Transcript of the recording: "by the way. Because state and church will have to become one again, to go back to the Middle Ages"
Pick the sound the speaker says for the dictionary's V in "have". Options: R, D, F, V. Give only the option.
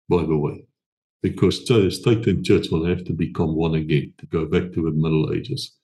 F